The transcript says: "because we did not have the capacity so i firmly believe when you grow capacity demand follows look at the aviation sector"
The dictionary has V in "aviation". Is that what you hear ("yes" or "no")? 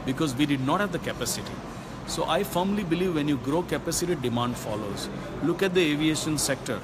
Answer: yes